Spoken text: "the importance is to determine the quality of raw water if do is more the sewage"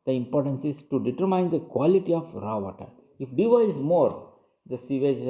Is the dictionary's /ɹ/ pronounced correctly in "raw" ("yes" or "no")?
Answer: yes